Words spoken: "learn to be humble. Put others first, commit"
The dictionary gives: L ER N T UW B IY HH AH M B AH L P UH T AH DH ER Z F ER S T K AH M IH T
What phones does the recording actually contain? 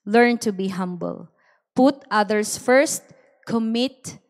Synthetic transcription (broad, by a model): L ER N T UW B IY HH AH M B AH L P UH T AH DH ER S F ER S T K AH M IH T